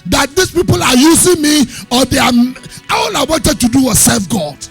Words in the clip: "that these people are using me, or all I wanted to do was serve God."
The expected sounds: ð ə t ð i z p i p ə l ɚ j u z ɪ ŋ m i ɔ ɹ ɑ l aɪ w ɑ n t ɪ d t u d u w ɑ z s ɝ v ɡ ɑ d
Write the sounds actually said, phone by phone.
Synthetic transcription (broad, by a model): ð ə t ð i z p i p ə l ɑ j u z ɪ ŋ m i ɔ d ɑ l aɪ w ɑ n t ɪ d t u d u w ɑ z s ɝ f ɡ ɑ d